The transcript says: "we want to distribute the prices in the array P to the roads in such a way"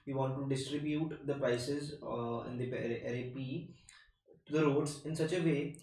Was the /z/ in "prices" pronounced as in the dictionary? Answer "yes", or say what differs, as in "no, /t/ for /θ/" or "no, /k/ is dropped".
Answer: yes